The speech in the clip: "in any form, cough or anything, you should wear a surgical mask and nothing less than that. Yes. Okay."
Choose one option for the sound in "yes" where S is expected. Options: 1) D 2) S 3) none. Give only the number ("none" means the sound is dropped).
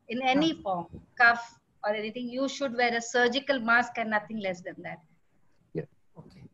3